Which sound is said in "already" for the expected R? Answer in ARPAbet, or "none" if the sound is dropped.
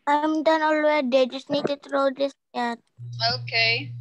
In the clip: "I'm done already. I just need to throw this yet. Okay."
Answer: W